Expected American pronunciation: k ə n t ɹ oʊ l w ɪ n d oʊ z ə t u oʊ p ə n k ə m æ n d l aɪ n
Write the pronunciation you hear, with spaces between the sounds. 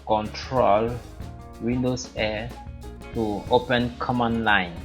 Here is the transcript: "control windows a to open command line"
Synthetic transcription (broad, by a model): k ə n t ɹ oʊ l w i n d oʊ s ə t u oʊ p ə n k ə m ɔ n l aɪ n